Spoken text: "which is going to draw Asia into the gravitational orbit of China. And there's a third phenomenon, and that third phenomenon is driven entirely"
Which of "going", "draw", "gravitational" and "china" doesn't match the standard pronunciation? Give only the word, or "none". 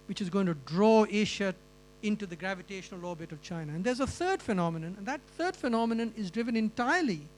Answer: none